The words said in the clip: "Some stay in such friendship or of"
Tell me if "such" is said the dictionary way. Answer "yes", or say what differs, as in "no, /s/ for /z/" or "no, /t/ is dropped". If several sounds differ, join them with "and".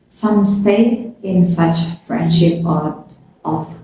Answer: yes